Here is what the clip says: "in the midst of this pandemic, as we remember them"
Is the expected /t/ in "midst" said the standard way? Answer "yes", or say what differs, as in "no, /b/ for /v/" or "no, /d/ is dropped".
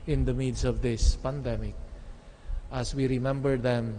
no, /t/ is dropped